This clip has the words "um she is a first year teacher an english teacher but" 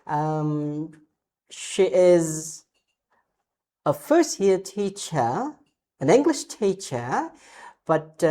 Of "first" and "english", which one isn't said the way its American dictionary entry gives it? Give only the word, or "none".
none